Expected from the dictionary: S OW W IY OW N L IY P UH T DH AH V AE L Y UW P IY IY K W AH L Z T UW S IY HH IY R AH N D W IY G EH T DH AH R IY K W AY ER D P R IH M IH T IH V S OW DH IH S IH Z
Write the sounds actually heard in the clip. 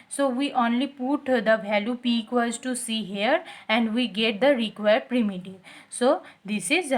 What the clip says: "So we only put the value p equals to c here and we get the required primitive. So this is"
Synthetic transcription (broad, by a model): S OW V IY OW N L IY P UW T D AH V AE L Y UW P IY IY K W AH Z T UW S IY HH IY R AH N D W IY G EH T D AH R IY K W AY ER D P R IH M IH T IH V S OW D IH S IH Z